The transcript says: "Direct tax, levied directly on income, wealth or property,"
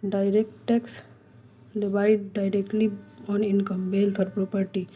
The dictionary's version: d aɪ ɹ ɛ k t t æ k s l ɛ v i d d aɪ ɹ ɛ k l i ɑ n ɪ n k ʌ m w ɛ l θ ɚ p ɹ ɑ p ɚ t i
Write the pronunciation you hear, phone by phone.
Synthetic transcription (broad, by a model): d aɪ ɹ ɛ k t t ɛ k s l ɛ b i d d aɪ ɹ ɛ k l i ɑ n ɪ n k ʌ m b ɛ l t ɚ p ɹ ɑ p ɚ t i